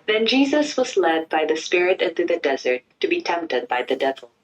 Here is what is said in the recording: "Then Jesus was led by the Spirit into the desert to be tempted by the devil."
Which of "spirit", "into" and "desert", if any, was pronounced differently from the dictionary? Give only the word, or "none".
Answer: none